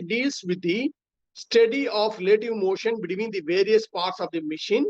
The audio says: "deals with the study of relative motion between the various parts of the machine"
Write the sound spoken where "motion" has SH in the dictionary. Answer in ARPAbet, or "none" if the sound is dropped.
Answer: SH